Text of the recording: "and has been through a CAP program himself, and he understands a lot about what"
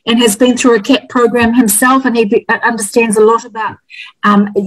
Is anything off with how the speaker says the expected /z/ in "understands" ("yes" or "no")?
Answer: no